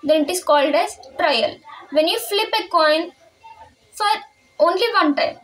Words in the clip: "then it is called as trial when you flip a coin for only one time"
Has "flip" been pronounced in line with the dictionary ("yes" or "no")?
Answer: yes